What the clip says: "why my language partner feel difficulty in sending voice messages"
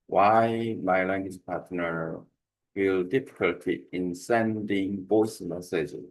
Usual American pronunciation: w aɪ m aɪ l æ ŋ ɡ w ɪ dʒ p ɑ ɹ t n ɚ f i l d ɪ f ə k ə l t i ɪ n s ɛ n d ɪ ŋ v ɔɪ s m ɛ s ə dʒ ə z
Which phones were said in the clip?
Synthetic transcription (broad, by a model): w aɪ m aɪ l æ ŋ ɡ w ɪ dʒ p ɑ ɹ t n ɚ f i l d ɪ f ə k ə l t i ɪ n s ɛ n d ɪ ŋ b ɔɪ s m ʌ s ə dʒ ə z